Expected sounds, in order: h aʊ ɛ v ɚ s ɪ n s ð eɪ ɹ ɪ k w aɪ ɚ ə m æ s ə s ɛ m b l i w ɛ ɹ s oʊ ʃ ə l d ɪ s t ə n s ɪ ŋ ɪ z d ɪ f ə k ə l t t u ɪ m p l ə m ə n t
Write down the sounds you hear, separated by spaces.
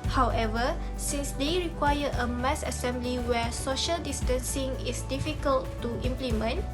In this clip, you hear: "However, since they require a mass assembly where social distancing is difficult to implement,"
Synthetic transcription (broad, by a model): h aʊ ɛ v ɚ s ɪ n s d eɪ ɹ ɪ k w aɪ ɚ ə m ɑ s ə s ɛ m b l i w ɛ s oʊ ʃ ə l d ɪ s t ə n s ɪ ŋ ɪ s d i f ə k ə l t t u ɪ m p l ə m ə n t